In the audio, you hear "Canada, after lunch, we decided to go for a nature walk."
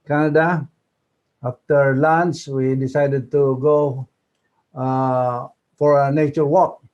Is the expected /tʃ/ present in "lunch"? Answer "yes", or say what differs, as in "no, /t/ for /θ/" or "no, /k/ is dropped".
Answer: no, /s/ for /tʃ/